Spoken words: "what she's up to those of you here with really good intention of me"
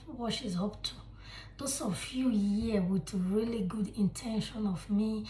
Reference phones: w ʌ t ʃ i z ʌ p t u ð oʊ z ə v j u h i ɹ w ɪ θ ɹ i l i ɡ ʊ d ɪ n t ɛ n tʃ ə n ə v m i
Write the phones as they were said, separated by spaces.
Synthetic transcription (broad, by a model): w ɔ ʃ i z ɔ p t u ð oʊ s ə f j u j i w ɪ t ɹ i l i ɡ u d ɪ n t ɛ n ʃ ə n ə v m i